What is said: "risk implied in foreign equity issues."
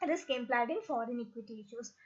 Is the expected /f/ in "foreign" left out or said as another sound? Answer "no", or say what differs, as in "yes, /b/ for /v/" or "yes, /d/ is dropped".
no